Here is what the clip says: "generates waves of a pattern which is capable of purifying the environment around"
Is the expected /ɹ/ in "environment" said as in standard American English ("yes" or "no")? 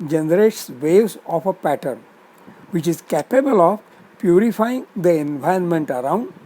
no